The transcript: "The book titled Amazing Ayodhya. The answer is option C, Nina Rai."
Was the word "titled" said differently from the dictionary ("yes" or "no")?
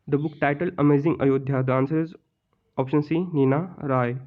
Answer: yes